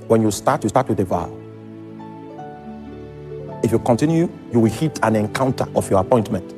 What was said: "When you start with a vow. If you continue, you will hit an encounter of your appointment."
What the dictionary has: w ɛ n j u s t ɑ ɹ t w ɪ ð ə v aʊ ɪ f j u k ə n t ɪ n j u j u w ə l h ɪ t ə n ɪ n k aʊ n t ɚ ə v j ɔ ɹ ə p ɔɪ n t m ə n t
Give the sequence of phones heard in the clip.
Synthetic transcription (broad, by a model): w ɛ n j u s t ɑ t t w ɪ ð ə v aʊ ɪ f j u k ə n t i n j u j u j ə w h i t ə n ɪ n k aʊ n t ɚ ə f j ɔ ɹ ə p ɔɪ n t m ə n t